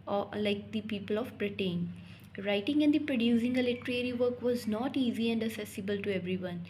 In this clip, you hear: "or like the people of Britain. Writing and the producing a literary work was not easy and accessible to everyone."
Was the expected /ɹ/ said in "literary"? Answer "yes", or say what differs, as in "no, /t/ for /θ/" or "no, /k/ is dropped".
yes